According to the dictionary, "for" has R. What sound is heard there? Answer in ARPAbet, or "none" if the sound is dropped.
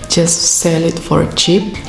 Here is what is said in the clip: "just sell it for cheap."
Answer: R